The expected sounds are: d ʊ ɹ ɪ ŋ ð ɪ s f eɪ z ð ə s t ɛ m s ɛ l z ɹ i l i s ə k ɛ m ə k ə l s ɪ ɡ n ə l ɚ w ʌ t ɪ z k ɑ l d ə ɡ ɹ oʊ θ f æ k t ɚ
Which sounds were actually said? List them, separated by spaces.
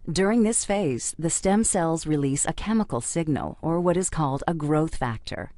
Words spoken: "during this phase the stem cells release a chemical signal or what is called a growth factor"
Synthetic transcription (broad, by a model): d ʊ ɹ ɪ ŋ ð ɪ s f eɪ z ð ə s t ɛ m s ɛ l z ɹ i l i s ə k ɛ m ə k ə l s ɪ ɡ n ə l ɚ w ʌ t ɪ z k ɑ l d ə ɡ ɹ oʊ θ f æ k t ɚ